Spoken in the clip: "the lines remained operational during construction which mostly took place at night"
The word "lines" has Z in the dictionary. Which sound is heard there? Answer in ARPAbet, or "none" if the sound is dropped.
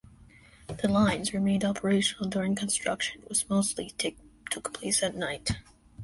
Z